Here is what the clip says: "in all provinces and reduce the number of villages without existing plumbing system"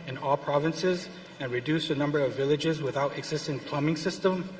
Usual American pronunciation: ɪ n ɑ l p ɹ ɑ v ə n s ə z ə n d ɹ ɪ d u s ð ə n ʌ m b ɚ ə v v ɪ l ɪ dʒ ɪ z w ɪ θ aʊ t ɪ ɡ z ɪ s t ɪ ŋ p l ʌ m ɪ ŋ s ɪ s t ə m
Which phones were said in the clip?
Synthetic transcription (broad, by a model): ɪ n ɑ l p ɹ ɑ v ə n s ə z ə n ɹ ɪ d u s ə n ʌ m b ɚ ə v v ɪ l ɪ dʒ ɪ z w ɪ θ aʊ t ɪ ɡ z ɪ s t ɪ ŋ p l ʌ m ɪ ŋ s ɪ s t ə m